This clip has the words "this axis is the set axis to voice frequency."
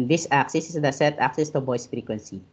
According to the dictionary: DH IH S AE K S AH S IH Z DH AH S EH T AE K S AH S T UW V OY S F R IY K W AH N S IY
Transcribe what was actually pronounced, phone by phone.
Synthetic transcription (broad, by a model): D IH S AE K S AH S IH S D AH S EH T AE K S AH S T UW B OY S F R IY K W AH N S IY